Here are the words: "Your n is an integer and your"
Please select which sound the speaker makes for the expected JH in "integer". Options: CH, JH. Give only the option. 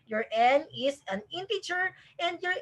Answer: CH